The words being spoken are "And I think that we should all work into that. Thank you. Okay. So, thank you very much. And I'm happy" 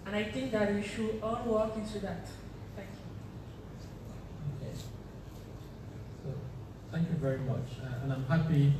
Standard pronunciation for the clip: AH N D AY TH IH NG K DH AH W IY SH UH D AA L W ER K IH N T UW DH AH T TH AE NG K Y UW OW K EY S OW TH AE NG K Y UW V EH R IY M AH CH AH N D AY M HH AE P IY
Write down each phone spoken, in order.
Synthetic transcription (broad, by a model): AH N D AY T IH NG K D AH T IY SH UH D AA L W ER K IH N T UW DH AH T T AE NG K Y UW OW K EY S OW T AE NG K Y UW V EH R IY M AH CH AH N AY M HH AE P IY